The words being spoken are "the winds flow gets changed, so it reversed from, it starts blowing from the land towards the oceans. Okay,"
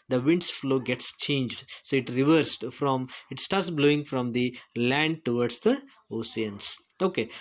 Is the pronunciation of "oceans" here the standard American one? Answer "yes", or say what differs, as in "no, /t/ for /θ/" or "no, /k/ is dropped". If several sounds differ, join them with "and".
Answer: no, /s/ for /ʃ/ and /s/ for /z/